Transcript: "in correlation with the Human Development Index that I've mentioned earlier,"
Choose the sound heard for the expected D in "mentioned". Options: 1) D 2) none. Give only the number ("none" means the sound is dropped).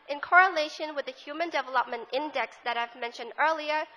1